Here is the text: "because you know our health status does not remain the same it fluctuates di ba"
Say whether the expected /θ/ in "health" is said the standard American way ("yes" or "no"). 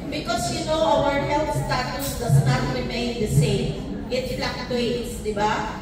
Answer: no